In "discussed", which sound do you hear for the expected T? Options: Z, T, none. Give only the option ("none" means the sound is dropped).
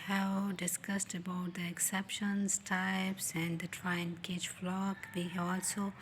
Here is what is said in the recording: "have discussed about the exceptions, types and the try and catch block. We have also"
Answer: T